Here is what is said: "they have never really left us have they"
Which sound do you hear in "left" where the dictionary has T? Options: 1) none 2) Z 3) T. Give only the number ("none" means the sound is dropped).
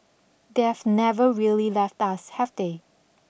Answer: 3